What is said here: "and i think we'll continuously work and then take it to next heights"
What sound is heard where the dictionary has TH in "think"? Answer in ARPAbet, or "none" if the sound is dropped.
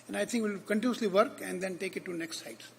T